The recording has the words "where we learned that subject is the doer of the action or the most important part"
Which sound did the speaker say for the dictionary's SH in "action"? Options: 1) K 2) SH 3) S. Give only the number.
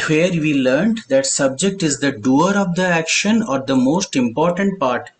2